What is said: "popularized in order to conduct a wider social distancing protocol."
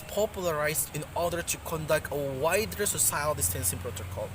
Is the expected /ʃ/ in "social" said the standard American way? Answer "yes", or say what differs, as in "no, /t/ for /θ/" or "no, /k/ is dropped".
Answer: no, /s/ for /ʃ/